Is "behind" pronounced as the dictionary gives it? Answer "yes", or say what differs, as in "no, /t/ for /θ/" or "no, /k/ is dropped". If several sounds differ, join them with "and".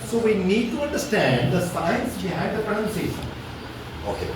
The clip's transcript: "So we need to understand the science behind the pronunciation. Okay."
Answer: no, /n/ is dropped